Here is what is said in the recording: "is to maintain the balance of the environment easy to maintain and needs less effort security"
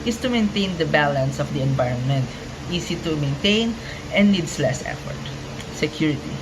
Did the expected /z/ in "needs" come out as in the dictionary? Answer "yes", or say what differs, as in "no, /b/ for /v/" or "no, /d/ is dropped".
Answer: no, /s/ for /z/